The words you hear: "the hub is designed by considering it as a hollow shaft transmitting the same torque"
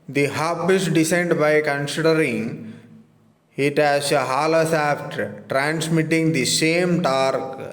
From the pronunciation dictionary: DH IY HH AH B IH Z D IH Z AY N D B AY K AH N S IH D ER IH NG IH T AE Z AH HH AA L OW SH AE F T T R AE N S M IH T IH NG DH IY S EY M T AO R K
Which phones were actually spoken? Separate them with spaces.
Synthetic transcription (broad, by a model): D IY HH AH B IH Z D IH S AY N D B AY K AH N S IH D ER IH NG IH T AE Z AH HH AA L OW S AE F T T R AE N S M IH T IH NG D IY S EY M T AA R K